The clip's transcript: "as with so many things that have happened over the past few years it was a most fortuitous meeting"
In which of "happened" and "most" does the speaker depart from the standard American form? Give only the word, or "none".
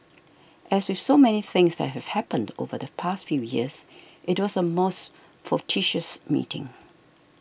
none